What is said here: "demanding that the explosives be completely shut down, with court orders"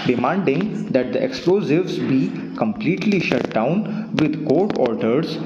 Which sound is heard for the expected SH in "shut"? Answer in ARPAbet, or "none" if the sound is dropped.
SH